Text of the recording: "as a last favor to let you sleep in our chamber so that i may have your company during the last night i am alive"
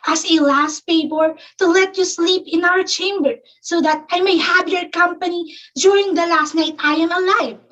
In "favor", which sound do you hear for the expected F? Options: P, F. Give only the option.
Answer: P